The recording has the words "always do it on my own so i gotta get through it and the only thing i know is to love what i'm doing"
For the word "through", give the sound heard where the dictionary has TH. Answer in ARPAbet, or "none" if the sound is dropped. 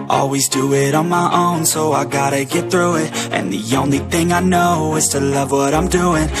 TH